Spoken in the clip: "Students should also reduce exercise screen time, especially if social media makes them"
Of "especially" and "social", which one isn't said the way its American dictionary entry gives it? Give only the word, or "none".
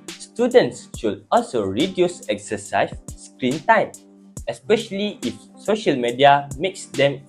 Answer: none